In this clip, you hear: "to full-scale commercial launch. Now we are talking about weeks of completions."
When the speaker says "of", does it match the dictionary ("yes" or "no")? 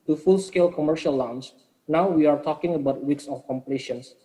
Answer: no